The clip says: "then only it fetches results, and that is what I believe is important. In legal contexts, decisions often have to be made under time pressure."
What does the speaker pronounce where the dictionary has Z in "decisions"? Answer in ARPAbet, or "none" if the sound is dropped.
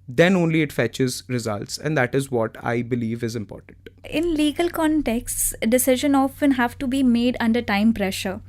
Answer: none